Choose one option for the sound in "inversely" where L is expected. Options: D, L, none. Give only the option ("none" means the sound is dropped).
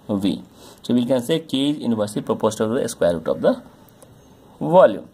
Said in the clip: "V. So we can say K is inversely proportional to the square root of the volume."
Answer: none